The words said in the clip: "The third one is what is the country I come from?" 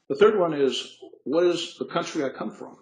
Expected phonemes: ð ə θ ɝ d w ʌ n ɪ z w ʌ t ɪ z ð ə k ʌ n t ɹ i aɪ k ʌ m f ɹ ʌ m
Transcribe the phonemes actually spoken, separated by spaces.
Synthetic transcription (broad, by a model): ð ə θ ɝ d w ʌ n ɪ z w ʌ t ɪ z ð ə k ʌ n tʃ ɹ i aɪ k ʌ m f ɹ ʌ m